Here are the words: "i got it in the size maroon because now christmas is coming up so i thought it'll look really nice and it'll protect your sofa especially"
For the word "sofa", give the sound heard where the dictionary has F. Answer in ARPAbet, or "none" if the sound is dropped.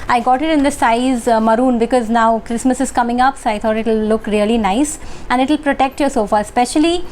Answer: F